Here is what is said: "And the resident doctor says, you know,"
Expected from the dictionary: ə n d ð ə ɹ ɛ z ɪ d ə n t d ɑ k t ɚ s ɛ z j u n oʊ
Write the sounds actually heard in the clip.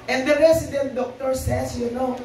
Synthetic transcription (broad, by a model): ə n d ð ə ɹ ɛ s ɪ d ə n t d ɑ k t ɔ s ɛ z j u n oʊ